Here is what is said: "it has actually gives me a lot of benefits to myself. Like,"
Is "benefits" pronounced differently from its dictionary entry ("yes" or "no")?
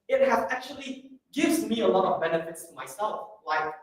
no